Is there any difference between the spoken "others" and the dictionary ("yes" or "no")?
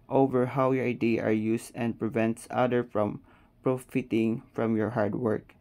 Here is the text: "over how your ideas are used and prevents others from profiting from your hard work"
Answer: yes